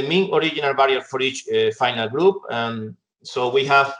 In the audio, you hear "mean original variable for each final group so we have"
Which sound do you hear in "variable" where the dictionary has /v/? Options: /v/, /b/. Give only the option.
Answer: /b/